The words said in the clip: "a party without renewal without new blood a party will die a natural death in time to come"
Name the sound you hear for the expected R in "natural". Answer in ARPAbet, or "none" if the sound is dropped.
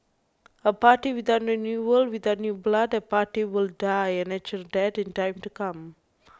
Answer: none